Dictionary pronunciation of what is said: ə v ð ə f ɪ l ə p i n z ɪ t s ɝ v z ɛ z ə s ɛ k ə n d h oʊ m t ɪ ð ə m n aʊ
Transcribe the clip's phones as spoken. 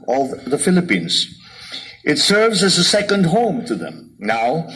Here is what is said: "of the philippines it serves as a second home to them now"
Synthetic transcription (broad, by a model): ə v ð ə f ɪ l ə p i n z ɪ t s ɝ v z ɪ z ə s ɛ k ə n d h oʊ m t ɪ ð ə m n aʊ